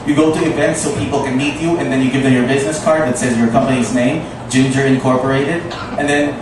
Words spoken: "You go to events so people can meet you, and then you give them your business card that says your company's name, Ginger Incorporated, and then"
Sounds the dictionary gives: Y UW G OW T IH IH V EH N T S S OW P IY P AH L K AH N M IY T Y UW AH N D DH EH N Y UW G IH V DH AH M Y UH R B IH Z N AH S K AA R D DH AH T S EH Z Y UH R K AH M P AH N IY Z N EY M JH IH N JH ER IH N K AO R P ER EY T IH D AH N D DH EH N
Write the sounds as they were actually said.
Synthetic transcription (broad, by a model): Y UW G OW T IH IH V EH N T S S OW P IY P L K AH N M IY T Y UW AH N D DH EH N Y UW G IH V DH AH M Y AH R B IH Z N AH S K AA R D DH AH T S EH Z Y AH R K AH M P AH N IY Z N EY M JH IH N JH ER IH N K AO R P ER EY T IH D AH N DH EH N